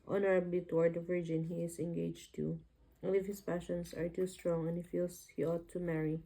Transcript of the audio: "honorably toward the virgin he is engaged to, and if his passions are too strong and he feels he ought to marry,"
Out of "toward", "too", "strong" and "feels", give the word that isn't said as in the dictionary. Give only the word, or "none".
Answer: feels